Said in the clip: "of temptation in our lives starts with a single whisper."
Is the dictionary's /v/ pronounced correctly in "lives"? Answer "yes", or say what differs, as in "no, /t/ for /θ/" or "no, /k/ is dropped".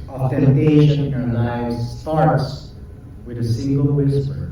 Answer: no, /v/ is dropped